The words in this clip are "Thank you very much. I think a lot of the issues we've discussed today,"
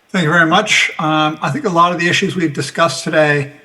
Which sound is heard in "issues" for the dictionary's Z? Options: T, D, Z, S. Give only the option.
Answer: Z